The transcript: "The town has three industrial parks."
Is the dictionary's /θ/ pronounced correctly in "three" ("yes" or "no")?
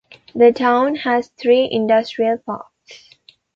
no